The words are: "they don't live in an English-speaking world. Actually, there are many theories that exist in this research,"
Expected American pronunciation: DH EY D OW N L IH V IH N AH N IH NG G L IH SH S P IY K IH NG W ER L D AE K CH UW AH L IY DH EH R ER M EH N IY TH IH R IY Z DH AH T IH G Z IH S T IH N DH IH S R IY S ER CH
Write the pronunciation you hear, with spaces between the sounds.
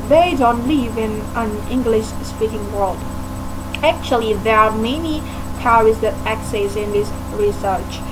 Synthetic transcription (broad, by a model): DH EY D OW N L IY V IH N AH N IH NG G L IH SH S P IY K IH NG W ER L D AE K CH UW AH L IY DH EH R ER M EH N IY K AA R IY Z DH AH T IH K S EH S IH N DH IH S R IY S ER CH